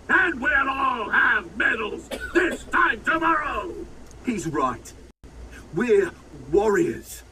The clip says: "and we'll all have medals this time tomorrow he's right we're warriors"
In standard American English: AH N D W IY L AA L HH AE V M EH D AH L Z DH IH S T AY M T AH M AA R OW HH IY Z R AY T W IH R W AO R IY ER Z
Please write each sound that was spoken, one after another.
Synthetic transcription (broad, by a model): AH N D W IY N AA L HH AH V M EH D L Z DH IH S T AY M T AH M AA R OW HH IY Z R AY T W IH R W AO R IY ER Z